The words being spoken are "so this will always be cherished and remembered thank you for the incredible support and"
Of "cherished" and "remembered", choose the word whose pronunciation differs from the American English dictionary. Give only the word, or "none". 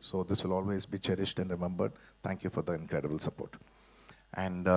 none